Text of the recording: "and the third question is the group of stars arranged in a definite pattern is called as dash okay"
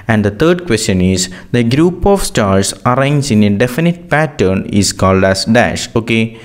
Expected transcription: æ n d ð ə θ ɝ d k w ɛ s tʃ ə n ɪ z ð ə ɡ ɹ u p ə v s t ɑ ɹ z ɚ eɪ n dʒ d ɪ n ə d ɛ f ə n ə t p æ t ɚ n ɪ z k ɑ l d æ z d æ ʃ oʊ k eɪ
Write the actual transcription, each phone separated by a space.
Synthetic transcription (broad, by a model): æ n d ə t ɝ d k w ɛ s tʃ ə n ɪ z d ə ɡ ɹ u p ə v s t ɑ ɹ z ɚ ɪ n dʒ ɪ n ə d ɛ f ə n ə t p æ t ɚ n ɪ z k ɑ l d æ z d æ ʃ oʊ k eɪ